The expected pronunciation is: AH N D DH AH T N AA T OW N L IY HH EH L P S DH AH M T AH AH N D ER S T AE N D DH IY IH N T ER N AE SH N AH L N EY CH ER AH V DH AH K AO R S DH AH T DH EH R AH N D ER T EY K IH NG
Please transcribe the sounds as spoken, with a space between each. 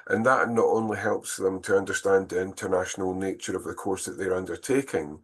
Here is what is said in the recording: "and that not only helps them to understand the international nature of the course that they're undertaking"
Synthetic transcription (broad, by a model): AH N DH AH T N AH T OW N L IY HH EH L P S DH AH M T AH AH N D ER S T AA N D DH IY IH N T ER N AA SH N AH L N EY CH ER AH V DH AH K AO R S DH AH T DH EH R AH N D ER T EY K IH NG